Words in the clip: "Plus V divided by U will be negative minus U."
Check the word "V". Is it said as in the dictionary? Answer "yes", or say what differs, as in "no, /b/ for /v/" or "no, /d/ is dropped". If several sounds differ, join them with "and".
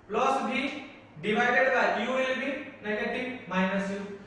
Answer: no, /b/ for /v/